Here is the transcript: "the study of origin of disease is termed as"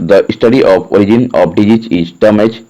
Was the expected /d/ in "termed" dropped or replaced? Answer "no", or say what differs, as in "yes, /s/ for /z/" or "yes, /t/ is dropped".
yes, /d/ is dropped